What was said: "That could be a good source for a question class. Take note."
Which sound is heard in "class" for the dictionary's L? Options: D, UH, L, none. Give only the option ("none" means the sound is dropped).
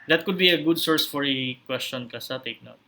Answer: none